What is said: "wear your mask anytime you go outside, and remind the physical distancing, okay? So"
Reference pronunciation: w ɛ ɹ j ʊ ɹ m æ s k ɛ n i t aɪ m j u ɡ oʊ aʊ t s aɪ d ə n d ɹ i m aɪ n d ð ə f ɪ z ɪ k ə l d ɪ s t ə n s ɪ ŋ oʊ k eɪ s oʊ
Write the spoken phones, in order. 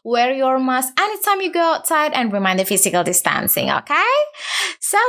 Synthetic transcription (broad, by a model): w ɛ ɹ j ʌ ɹ m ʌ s ɛ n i t aɪ m j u ɡ oʊ aʊ t s aɪ d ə n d ɹ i m aɪ n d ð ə f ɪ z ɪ k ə l d ɪ s t ə n s ɪ ŋ oʊ k eɪ s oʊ